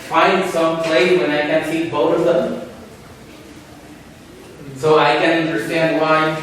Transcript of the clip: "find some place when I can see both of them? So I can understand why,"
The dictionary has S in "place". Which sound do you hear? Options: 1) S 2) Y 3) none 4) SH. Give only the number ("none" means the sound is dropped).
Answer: 3